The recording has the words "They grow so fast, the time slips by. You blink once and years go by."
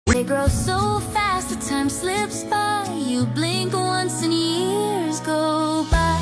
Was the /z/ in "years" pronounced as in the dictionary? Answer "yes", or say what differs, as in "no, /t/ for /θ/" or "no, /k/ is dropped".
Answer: yes